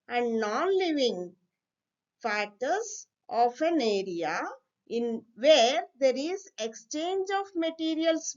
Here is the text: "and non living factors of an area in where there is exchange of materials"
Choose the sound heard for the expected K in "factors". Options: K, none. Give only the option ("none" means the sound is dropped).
none